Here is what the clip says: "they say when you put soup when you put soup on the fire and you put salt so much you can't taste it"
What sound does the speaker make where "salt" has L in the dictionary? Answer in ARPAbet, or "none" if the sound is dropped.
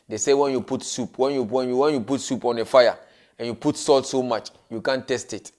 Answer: L